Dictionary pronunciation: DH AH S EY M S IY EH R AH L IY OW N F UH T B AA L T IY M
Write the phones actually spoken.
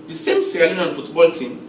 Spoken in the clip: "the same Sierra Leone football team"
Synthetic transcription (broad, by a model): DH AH S EY M S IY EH L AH N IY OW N F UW T B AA L T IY M